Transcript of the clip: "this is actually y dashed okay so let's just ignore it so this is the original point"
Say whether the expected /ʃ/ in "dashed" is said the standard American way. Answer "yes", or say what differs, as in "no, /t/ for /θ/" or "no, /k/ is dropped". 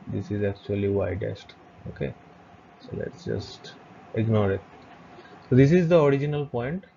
no, /s/ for /ʃ/